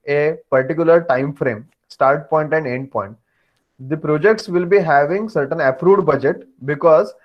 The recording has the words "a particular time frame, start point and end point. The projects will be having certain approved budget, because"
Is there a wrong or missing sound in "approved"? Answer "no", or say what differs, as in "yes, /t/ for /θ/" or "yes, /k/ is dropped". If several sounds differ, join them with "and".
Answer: yes, /v/ is dropped